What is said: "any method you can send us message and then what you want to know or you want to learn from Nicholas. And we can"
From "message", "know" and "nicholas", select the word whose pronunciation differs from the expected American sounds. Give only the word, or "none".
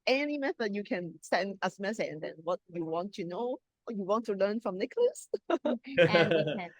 message